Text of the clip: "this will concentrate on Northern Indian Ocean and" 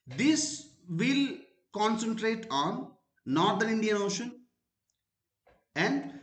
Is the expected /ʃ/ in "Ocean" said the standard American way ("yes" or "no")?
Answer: yes